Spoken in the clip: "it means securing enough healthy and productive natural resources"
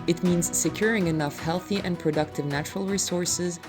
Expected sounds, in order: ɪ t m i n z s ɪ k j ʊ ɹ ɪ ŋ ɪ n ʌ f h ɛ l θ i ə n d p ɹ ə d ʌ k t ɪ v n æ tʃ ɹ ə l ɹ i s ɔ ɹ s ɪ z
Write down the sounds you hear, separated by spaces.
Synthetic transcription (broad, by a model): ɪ t m i n z s ɪ k j ʊ ɹ ɪ ŋ ɪ n ʌ f h ɛ l θ i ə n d p ɹ ə d ʌ k t ɪ v n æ tʃ ɹ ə l ɹ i s ɔ ɹ s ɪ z